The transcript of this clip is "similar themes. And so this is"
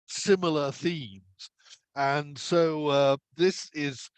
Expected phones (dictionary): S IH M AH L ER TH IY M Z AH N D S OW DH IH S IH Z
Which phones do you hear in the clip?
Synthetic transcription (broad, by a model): S IH M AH L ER TH IY M Z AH N S OW DH IH S IH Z